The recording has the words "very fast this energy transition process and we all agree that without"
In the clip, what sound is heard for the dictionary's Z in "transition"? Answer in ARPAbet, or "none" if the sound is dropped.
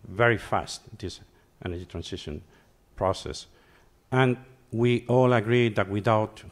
S